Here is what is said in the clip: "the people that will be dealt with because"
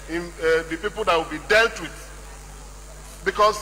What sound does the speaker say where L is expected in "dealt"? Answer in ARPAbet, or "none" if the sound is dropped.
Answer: L